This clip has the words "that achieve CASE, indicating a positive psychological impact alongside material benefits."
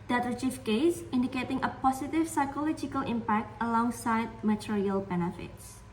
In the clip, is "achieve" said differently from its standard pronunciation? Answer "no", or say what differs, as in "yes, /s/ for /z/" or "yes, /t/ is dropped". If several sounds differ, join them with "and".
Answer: yes, /f/ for /v/